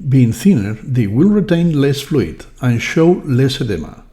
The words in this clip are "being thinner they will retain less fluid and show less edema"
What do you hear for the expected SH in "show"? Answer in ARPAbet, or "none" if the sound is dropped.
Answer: SH